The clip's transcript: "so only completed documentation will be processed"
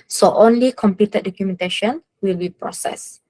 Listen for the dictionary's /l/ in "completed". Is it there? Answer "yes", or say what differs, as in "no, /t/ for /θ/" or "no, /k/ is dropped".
no, /l/ is dropped